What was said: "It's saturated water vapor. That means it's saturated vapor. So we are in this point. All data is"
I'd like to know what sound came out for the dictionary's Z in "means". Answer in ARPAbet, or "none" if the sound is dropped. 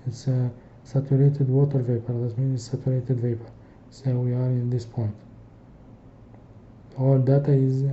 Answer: none